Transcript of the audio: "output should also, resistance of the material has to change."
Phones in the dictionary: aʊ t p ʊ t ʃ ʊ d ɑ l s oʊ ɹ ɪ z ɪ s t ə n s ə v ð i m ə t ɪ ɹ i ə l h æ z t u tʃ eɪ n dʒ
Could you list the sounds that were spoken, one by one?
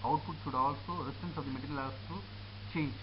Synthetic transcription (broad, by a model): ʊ t p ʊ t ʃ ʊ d ɑ l s oʊ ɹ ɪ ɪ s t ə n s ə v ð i m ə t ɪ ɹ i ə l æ s t u tʃ eɪ n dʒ